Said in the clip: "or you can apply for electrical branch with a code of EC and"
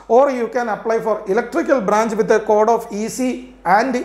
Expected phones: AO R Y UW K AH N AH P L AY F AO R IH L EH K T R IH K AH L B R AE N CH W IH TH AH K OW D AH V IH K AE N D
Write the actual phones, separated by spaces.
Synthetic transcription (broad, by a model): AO R Y UW K AH N AH P L AY F AO R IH L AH K T R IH K AH L B R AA N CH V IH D AH K OW D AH F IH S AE N D